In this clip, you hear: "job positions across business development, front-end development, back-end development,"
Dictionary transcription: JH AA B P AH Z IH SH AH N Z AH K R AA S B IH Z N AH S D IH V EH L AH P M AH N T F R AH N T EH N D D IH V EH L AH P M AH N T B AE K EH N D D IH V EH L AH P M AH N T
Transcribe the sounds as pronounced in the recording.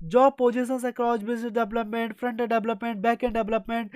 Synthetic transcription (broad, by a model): JH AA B P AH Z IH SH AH N S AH K L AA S B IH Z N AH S D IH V L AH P M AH N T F R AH N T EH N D D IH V L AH P M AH N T B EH K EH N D D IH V L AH P M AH N T